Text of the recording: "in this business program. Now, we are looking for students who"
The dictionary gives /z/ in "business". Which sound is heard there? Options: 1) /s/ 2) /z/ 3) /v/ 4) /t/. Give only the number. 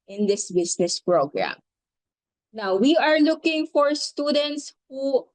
1